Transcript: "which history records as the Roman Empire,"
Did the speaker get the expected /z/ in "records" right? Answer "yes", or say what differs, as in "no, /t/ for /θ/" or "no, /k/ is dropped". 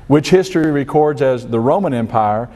yes